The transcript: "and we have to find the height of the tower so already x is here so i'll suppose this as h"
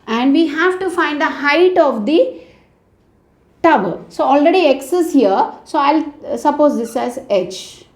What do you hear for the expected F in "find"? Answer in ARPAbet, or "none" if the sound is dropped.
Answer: F